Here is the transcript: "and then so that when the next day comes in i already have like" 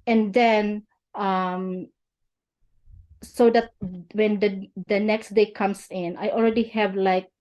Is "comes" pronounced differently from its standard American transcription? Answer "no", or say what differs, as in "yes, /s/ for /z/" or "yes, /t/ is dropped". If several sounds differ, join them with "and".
yes, /s/ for /z/